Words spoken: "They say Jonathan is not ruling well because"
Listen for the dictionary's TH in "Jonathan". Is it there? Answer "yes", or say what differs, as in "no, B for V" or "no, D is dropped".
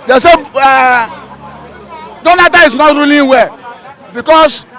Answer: no, T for TH